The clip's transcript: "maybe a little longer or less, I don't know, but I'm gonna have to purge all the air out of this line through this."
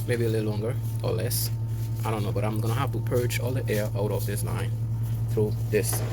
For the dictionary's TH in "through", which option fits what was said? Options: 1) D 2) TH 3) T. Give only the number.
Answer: 2